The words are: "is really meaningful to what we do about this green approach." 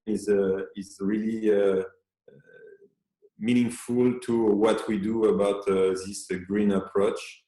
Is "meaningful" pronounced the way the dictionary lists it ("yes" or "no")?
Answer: yes